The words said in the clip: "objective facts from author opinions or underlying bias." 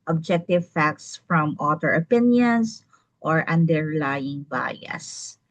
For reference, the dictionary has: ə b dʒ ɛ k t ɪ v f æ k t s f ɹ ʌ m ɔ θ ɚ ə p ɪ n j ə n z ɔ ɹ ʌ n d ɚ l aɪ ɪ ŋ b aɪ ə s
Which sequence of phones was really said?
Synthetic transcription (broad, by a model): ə b dʒ ɛ k t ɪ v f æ k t s f ɹ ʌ m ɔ t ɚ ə p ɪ n j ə n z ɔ ɹ ʌ n d ɚ l aɪ ɪ ŋ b aɪ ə s